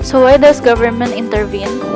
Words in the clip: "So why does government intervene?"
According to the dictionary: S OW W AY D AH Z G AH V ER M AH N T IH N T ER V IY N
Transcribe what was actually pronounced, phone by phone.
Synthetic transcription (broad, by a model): S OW W AY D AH S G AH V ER M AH N T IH N T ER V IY N